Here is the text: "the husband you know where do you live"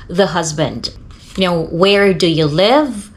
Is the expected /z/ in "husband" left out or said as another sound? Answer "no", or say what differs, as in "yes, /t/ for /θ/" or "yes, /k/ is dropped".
no